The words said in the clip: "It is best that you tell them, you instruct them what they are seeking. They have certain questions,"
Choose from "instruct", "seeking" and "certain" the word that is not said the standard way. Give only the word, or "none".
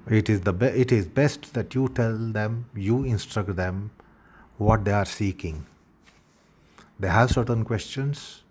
none